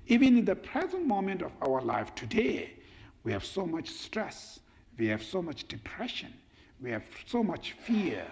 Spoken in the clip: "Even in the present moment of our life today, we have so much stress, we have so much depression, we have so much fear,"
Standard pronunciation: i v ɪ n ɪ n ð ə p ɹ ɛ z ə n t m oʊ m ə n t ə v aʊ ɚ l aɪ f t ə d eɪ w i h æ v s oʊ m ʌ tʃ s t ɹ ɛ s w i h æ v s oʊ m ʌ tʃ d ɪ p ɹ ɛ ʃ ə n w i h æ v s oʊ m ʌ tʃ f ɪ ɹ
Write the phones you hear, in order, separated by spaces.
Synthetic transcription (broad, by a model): i v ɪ n ɪ n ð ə p ɹ ɛ z ə n t m oʊ m ə n t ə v aʊ ɚ l aɪ f t ə d eɪ w i h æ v s oʊ m ʌ tʃ s t ɹ ɛ s w i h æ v s oʊ m ʌ tʃ d ɪ p ɹ ɛ ʃ ə n w i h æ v s oʊ m ʌ tʃ f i ɹ